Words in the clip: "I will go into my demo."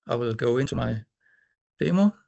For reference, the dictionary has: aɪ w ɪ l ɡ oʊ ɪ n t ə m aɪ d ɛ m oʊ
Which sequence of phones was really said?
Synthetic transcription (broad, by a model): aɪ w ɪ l ɡ oʊ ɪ n s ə m aɪ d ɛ m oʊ